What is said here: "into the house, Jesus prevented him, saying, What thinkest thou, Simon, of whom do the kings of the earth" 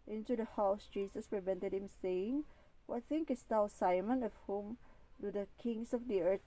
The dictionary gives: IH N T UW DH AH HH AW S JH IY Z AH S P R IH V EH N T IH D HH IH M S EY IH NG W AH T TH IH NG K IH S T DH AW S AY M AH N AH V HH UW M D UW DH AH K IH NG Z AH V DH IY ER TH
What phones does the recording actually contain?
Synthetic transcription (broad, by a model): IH N T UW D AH HH AW S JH IY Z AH S P R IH V EH N T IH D HH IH M S EY IH NG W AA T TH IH NG K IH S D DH AW S AY M AH N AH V HH UW M D UW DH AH K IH NG S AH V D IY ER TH